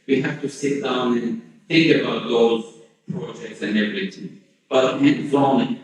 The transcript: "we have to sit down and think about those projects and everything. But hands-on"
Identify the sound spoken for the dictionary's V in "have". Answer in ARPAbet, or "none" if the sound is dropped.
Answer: F